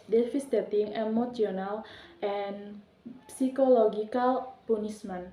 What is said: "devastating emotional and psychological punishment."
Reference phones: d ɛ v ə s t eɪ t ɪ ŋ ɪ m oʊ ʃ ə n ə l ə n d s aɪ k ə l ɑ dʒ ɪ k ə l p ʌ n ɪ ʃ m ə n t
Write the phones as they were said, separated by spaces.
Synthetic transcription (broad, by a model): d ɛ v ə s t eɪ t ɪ ŋ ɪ m oʊ s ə n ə l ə n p s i k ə l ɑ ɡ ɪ k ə l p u n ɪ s m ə n